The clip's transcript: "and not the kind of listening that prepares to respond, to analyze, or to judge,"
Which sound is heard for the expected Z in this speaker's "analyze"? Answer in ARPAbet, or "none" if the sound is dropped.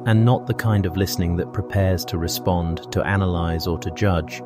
Z